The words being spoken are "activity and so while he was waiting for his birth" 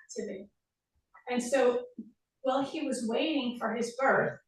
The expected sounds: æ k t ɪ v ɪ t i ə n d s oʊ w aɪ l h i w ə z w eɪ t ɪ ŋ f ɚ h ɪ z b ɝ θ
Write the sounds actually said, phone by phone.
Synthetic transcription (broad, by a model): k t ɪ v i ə n s oʊ w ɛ l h i w ə z w eɪ t ɪ ŋ f ɚ ɪ z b ɝ θ